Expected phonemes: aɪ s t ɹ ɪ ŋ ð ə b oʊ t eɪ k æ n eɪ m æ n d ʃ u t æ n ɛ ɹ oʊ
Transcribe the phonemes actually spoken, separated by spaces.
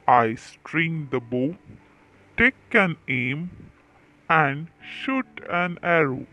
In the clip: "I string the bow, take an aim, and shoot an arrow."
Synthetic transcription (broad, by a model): aɪ s t ɹ ɪ ŋ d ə b oʊ t eɪ k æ n eɪ m æ n d ʃ u t æ n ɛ ɹ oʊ